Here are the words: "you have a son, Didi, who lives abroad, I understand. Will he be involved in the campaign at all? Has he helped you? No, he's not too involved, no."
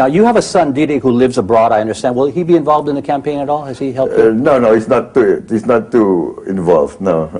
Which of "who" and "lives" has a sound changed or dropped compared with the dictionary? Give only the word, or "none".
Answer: none